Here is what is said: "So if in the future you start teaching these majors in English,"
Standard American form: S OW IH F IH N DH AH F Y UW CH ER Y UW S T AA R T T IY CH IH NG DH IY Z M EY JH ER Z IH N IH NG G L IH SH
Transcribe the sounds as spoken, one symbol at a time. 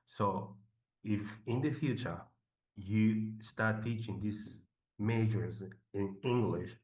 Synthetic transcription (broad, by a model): S OW IH F IH N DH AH F Y UW CH ER Y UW S T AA R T T IY CH IH NG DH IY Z M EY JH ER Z IH N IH NG G L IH SH